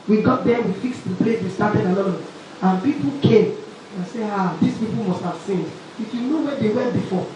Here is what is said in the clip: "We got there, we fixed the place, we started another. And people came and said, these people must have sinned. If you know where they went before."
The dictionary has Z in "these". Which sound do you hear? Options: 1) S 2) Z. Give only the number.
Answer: 1